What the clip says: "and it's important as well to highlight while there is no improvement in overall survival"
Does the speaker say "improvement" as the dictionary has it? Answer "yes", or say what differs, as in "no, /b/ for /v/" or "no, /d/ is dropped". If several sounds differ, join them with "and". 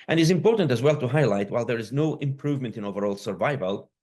yes